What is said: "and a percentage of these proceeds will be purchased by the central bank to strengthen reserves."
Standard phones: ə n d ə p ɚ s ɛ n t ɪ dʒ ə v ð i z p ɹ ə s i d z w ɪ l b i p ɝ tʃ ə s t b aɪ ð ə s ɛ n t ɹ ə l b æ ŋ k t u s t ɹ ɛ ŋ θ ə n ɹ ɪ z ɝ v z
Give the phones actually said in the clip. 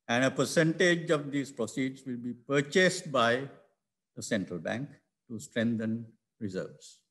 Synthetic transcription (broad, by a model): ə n d ə p ɚ s ɛ n t ɪ dʒ ə v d i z p ɹ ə s i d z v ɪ l b i p ɝ tʃ ə s t b aɪ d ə s ɛ n t ɹ ə l b æ ŋ k t u s t ɹ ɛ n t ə n ɹ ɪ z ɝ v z